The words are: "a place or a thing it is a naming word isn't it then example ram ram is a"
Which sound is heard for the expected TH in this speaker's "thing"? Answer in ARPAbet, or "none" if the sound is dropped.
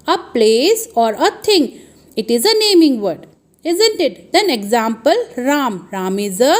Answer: T